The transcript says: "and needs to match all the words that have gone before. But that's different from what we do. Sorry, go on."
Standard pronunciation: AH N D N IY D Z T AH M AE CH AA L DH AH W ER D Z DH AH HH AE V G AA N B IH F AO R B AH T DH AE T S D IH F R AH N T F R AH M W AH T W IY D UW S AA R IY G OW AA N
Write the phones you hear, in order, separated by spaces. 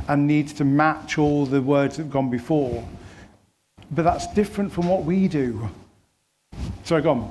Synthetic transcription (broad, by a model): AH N N IY D Z T AH M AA CH AA L DH AH W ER D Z DH AH V G AA N B IH F AO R B AH T DH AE T S D IH F R AH N T F R AH M W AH T W IY D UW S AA IY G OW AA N